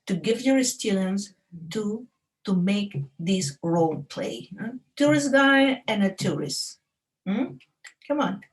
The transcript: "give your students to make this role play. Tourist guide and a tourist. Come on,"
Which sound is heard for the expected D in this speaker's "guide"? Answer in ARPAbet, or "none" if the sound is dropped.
none